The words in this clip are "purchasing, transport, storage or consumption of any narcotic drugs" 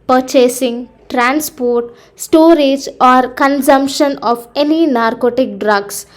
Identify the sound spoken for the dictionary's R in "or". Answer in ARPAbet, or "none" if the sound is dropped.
R